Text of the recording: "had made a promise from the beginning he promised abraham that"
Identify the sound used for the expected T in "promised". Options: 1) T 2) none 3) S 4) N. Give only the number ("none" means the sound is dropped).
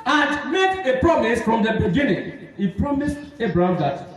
1